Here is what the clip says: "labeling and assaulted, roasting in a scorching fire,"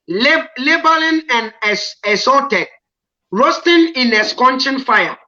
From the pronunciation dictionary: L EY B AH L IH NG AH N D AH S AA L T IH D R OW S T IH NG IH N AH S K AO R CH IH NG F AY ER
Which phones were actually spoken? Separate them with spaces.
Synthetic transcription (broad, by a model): L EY B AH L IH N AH N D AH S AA T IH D R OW S T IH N IH N AH S K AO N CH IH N F AY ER